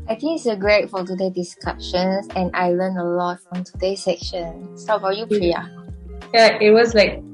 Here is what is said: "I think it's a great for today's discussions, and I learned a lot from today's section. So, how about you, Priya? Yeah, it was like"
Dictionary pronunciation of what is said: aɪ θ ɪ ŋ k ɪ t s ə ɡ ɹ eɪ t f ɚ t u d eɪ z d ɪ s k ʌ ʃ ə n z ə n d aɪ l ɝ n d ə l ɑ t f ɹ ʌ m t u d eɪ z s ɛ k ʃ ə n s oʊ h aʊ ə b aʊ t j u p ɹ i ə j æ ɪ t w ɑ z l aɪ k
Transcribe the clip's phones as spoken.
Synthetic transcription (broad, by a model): aɪ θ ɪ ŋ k ɪ t s ə ɡ ɹ eɪ t f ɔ t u d eɪ d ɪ s k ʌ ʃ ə n s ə n aɪ l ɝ n ə l ɑ t f ɹ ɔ m t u d eɪ s ɛ k ʃ ə n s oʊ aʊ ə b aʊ j u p l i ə j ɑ ɪ t w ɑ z l aɪ k